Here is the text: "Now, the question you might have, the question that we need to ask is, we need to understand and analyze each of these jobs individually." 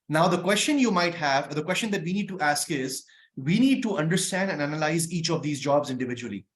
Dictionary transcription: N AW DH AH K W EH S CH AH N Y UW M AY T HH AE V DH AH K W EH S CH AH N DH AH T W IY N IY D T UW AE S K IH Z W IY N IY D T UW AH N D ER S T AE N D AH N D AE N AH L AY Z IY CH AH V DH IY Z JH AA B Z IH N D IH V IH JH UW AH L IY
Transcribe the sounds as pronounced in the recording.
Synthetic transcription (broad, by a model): N AW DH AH K W EH S CH AH N Y UW M AY T HH AE V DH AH K W EH S CH AH N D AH T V IY N IY D T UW AE S K IH Z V IY N IY D T UW AH N D ER S T AE N D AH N AE N AH L AY Z IY CH AH V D IY Z JH AA B Z IH N D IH V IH JH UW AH L IY